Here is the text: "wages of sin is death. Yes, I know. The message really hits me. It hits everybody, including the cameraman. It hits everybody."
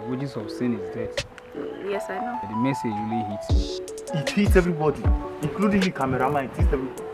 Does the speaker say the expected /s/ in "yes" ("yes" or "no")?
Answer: yes